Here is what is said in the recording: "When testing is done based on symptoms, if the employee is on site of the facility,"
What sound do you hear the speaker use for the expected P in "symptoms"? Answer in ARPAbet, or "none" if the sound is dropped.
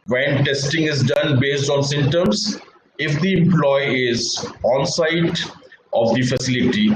none